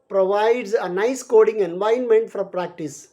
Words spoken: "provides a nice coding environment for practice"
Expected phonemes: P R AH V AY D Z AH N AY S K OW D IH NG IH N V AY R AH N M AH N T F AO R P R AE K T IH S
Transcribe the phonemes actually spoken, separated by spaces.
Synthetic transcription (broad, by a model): P R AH V AY D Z AH N AY S K OW D IH NG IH N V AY AH N M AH N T F AO R P R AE K T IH S